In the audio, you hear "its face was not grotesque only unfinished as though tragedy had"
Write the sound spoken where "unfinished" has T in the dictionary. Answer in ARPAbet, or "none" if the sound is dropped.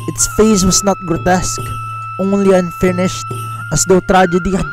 T